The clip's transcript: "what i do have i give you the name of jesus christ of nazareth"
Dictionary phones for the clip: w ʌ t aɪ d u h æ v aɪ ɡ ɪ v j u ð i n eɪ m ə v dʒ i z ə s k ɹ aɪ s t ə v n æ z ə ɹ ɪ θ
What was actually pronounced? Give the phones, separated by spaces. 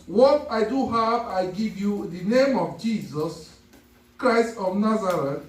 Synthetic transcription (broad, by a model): w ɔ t aɪ d u h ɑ v aɪ ɡ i v j u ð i n eɪ m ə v dʒ i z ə s k ɹ aɪ s t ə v n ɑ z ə ɹ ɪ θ